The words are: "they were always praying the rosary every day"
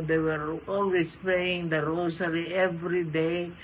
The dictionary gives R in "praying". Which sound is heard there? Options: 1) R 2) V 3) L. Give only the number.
3